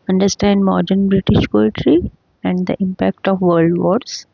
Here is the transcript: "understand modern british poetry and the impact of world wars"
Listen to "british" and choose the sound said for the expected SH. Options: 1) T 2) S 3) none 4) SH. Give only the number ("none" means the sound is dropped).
4